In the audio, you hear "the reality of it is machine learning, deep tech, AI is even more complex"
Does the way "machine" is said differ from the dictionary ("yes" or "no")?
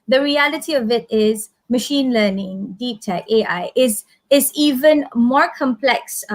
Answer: no